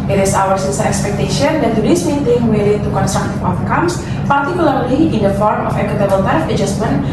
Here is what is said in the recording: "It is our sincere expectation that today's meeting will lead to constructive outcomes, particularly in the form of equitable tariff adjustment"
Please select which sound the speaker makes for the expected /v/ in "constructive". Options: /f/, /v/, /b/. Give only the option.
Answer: /f/